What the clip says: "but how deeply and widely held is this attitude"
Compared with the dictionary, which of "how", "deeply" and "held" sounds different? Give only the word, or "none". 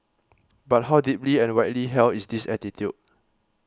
held